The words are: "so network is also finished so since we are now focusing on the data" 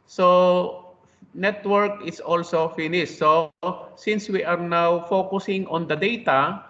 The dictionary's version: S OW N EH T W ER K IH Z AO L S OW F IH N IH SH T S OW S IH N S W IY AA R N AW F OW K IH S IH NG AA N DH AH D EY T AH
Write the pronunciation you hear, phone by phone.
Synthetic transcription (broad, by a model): S OW N EH T W ER K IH S AO L S OW F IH N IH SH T S OW S IH N S W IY AA R N AW F OW K IH S IH NG AA N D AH D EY T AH